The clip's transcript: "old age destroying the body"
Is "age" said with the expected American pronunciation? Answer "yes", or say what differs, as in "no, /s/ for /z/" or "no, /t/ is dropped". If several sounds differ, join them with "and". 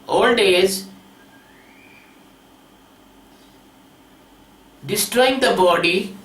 no, /z/ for /dʒ/